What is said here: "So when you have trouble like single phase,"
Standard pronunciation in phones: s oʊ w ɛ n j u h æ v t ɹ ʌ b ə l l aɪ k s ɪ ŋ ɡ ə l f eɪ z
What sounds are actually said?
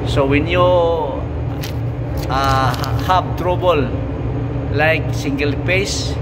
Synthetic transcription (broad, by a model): s oʊ w ɛ n j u h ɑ p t ɹ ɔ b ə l l aɪ k s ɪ ŋ ɡ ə l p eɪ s